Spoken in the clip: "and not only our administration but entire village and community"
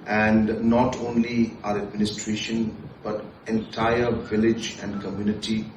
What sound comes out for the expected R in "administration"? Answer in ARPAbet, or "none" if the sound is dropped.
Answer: R